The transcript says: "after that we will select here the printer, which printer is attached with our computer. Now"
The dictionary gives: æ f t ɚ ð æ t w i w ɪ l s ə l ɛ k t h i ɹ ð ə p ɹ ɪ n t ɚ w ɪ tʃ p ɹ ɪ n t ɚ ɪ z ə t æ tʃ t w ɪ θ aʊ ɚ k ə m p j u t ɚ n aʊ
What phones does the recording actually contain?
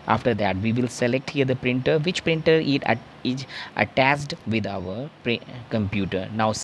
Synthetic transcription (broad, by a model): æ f t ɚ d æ t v i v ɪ l s ə l ɛ k t h i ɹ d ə p ɹ ɪ n t ɚ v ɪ tʃ p ɹ ɪ n t ɚ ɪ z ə t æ s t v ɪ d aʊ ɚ k ə m p j u t ɚ n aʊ